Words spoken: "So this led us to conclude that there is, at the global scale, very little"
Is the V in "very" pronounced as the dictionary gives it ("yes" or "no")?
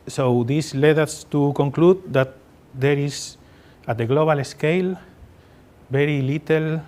no